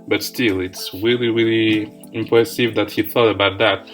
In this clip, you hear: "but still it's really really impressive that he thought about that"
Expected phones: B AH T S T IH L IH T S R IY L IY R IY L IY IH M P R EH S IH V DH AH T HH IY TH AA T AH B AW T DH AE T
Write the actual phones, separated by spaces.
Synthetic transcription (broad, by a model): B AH T S T IH L IH T S R IY L IY R IY L IY IH M P R EH S IH V DH AH T HH IY TH AA T AH B AW T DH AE T